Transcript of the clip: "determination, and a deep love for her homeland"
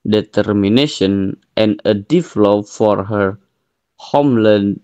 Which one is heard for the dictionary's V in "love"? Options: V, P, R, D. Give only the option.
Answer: P